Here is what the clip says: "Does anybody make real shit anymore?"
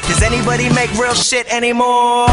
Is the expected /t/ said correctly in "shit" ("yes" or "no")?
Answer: yes